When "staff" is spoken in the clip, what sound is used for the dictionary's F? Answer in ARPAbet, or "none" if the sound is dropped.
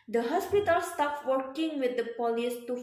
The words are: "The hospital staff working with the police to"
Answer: P